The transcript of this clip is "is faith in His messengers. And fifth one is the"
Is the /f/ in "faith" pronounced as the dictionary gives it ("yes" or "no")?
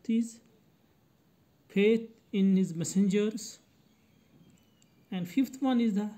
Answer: no